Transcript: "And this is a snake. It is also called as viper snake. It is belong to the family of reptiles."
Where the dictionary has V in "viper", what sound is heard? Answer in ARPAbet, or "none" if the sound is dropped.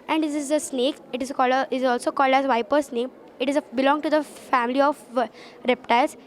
V